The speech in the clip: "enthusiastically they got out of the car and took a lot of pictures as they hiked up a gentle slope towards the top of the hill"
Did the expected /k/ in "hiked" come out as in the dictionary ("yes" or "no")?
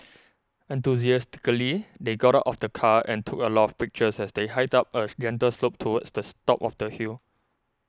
no